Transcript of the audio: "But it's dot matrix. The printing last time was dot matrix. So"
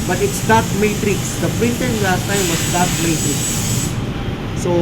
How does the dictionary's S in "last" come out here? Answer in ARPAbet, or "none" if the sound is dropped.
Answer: none